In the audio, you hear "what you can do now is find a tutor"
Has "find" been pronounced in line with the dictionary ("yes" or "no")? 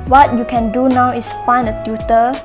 no